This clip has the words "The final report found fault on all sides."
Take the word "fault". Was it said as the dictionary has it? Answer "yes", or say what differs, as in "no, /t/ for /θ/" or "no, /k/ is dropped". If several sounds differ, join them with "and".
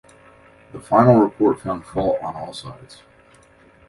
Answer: no, /t/ is dropped